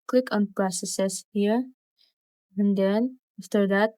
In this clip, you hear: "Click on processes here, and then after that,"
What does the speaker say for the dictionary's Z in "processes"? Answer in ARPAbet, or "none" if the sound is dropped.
S